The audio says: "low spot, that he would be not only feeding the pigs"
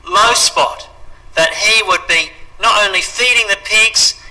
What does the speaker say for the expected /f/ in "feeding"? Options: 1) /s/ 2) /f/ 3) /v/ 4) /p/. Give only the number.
2